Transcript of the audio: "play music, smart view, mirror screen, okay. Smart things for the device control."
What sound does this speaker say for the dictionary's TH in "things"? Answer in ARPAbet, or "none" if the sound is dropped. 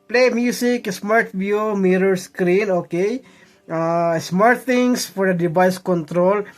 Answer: T